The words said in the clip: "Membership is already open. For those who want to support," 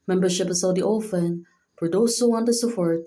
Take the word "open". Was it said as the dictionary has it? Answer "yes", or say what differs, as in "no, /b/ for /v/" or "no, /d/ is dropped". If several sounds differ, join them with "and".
no, /f/ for /p/